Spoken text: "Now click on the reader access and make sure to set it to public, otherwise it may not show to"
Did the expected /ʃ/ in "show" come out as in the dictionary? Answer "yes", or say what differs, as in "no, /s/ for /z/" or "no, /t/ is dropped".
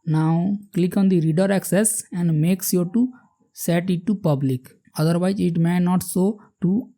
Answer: no, /s/ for /ʃ/